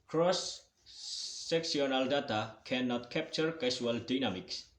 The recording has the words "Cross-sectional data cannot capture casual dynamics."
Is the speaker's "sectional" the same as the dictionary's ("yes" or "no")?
no